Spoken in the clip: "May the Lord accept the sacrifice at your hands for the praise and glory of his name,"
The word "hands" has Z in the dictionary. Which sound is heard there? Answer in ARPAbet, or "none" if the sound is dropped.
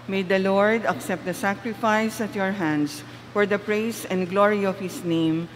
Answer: S